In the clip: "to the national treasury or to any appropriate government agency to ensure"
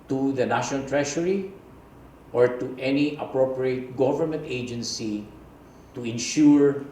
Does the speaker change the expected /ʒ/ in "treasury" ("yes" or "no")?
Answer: yes